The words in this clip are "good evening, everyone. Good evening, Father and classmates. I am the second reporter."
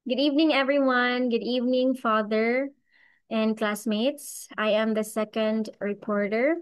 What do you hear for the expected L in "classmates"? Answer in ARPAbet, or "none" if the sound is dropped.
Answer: L